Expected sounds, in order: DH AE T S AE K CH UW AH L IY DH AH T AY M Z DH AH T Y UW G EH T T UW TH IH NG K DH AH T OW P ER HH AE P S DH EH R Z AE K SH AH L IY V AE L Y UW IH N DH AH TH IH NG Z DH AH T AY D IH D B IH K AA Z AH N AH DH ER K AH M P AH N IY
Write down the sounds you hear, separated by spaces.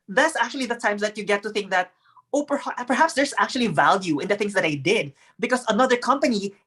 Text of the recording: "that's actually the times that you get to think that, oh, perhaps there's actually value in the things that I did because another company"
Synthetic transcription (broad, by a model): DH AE T S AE K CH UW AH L IY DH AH T AY M S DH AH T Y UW G EH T T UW TH IH NG K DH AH T OW P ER HH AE P S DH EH R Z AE K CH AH L IY V AE L Y UW IH N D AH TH IH NG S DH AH T AY D IH D B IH K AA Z AH N AH DH ER K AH M P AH N IY